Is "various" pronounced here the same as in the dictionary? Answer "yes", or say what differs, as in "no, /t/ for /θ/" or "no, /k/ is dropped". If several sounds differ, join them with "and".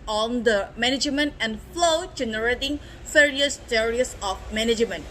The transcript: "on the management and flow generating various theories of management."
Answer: no, /f/ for /v/